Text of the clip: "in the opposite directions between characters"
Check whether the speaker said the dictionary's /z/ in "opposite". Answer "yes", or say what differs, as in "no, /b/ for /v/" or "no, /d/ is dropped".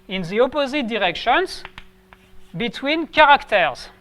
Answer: yes